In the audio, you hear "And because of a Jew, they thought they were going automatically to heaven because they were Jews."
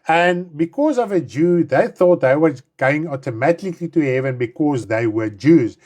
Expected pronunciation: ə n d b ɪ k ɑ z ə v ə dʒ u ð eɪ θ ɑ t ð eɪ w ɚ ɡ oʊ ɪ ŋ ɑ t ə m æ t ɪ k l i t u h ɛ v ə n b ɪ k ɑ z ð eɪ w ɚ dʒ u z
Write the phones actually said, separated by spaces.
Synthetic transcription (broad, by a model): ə n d b ɪ k ɑ z ə v ə dʒ u ð eɪ θ ɑ t ð eɪ w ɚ ɡ oʊ ɪ ŋ ɑ t ə m æ t ɪ k l i t u h ɛ v ə n b ɪ k ɑ z ð eɪ w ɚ dʒ u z